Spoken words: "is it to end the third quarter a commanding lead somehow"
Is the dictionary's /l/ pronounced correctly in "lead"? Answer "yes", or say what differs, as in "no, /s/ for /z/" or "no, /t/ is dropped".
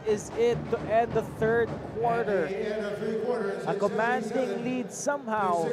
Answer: yes